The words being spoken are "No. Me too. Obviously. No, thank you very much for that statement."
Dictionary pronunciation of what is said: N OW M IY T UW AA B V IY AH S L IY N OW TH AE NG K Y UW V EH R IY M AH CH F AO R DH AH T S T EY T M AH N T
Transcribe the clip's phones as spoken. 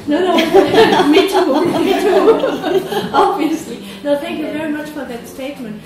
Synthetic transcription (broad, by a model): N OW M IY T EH AA B V IY AH S L IY N OW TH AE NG K Y UW V EH R IY M AH CH F AO R DH AH T S T EY T M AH N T